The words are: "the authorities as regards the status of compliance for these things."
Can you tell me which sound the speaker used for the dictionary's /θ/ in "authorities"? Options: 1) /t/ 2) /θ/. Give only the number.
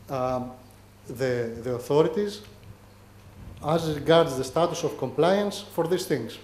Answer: 2